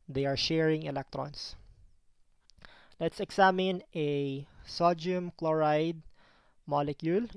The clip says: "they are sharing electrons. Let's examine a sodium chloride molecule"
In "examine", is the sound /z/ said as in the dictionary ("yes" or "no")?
no